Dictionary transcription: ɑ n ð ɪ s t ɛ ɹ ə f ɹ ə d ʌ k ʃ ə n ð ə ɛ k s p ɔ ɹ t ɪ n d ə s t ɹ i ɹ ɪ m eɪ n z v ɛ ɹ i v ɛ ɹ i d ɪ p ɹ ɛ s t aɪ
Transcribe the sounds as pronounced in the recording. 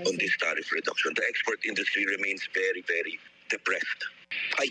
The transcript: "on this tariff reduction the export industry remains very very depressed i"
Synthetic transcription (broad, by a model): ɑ n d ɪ s t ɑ ɹ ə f ɹ ə d ʌ k ʃ ə n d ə ɛ k s p ɔ ɹ t ɪ n d ə s t ɹ i ɹ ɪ m eɪ n s v ɛ ɹ i v ɛ ɹ i d ɪ p ɹ ɛ s t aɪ